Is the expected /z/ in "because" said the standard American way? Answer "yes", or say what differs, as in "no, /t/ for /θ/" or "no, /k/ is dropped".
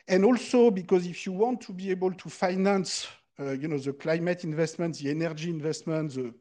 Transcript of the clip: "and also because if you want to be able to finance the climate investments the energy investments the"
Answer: yes